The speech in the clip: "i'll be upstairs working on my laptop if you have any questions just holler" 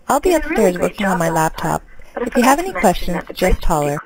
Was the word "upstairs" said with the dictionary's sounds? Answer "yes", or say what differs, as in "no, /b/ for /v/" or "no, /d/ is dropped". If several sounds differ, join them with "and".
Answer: yes